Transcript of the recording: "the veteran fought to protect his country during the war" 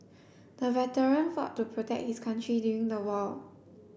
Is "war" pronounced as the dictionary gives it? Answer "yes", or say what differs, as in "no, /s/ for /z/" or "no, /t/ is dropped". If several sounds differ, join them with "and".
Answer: no, /l/ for /ɹ/